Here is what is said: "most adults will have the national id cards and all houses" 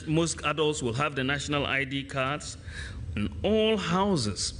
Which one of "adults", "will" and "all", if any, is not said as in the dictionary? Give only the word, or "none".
none